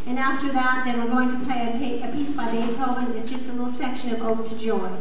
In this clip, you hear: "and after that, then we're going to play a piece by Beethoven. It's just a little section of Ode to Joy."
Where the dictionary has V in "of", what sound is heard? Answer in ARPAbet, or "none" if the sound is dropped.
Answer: V